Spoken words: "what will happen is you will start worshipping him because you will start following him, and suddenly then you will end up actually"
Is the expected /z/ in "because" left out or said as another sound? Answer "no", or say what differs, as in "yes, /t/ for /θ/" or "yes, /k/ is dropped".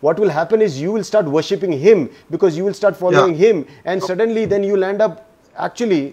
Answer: no